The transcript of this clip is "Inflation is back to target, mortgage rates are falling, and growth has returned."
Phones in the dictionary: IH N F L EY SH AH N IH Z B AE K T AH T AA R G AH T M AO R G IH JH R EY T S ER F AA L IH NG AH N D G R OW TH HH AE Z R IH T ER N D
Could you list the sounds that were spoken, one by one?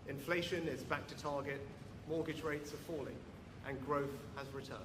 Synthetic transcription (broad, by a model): IH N F L EY SH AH N IH Z B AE K T AH T AA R G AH T M AO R G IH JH R EY T S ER F AA L IH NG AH N G R OW TH HH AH Z R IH T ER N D